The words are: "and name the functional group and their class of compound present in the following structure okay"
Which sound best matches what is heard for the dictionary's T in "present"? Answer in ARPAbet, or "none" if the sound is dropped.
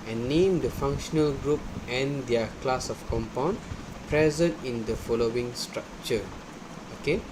T